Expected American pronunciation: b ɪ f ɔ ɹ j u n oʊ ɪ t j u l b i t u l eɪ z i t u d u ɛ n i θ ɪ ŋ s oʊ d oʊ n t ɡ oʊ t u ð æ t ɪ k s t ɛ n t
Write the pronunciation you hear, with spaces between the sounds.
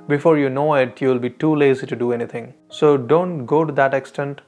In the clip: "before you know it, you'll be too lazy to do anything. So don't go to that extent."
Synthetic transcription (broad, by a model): b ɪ f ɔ ɹ j u n oʊ ɪ t j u l b i t u l eɪ z i t u d u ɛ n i t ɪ ŋ s oʊ d oʊ n t ɡ oʊ t u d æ t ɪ k s t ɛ n t